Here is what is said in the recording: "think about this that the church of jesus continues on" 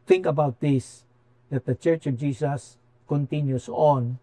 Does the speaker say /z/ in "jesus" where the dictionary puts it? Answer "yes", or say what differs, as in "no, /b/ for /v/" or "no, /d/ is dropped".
no, /s/ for /z/